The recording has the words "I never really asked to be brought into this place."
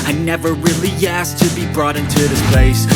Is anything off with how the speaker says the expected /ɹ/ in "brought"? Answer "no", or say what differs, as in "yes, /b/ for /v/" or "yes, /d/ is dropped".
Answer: no